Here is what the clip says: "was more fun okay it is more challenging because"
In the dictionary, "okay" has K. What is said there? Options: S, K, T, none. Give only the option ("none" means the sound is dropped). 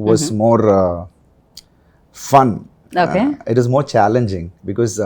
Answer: none